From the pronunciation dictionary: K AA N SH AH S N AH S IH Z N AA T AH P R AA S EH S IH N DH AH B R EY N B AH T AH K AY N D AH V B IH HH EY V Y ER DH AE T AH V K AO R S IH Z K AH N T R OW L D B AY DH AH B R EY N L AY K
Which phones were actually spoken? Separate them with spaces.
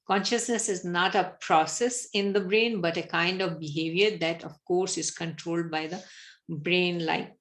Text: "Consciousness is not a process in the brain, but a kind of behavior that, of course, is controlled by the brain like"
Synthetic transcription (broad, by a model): K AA N SH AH S N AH S IH Z N AA T AH P R AA S EH S IH N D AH B R EY N B AH T AH K AY N D AH V B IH HH EY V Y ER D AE T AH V K AO R S IH Z K AH N T R OW L D B AY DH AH B R EY N L AY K